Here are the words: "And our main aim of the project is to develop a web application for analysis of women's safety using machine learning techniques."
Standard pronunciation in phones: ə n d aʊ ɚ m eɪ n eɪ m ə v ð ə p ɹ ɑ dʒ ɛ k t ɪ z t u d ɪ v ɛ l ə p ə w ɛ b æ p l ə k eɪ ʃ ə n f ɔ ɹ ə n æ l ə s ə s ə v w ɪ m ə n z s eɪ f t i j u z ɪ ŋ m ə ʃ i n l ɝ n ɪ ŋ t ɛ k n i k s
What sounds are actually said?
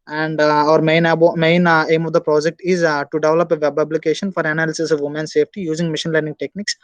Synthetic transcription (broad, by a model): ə n d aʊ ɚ m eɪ n eɪ m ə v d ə p ɹ ɑ dʒ ɛ k t ɪ z t u d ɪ v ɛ l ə p ə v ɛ b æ b l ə k eɪ ʃ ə n f ɔ ɹ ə n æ l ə s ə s ə v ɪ m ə n s eɪ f t i j u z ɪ ŋ m ə ʃ i n l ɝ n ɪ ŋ t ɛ k n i k s